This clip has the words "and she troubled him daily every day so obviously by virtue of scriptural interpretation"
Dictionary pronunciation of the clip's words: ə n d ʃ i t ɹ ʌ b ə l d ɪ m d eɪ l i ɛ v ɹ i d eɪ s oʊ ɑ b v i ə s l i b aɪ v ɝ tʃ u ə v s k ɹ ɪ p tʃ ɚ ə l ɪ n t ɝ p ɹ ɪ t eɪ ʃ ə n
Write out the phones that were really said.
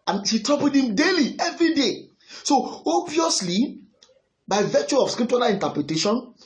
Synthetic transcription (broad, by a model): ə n ʃ i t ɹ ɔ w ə d ɪ m d eɪ l i ɛ v ɹ i d eɪ s oʊ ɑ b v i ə s l i b aɪ v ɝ tʃ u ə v s k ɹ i p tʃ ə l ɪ n t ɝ p ɹ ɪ t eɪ ʃ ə n